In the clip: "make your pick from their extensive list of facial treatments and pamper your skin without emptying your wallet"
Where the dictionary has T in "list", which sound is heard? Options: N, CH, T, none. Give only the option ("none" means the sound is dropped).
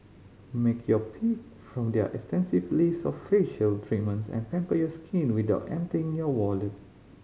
none